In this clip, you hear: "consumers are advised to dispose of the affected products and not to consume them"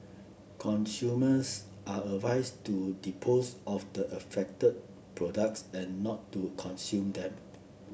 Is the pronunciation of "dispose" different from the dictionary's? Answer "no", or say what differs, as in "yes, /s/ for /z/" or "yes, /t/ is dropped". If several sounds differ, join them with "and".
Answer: yes, /s/ is dropped